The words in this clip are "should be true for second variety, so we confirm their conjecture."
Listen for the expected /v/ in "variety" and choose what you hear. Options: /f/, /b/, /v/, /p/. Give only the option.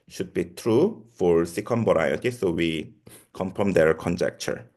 /b/